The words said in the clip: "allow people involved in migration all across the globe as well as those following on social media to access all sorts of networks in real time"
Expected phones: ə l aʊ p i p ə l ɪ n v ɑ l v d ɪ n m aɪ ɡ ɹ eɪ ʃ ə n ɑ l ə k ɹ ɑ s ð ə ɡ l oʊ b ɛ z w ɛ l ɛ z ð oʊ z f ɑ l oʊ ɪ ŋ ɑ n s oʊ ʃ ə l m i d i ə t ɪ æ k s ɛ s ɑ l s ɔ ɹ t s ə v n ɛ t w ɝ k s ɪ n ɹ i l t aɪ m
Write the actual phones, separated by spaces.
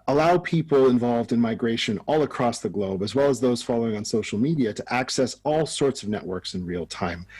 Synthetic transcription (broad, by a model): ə l aʊ p i p l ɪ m v ɑ l v d ɪ n m aɪ ɡ ɹ eɪ ʃ ə n ɑ l ə k ɹ ɑ s ð ə ɡ l oʊ b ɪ z w ɛ l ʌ z ð oʊ z f ɑ l oʊ ɪ ŋ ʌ n s oʊ ʃ l m i d i ə t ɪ æ k s ɛ s ɑ l s ɔ ɹ t s ə v n ɛ t w ɝ k s ɪ n ɹ i l t aɪ m